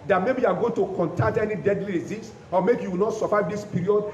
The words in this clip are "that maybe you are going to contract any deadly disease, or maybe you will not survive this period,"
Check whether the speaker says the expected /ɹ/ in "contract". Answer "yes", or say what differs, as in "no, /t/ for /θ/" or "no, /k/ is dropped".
no, /ɹ/ is dropped